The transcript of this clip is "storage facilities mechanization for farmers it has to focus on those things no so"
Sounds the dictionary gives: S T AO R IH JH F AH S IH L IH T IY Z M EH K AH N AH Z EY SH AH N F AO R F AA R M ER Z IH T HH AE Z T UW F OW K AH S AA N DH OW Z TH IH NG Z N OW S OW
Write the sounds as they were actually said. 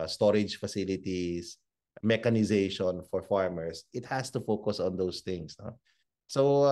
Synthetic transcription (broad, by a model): S T AO R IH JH F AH S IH L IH T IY S M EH K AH N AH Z EY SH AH N F AO R F AA R M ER S IH T HH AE S T UW F OW K AH S AA N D OW S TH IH NG S N OW S OW